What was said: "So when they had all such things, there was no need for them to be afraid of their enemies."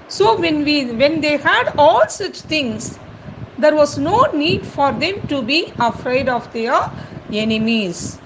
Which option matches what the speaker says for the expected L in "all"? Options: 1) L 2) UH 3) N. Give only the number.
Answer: 1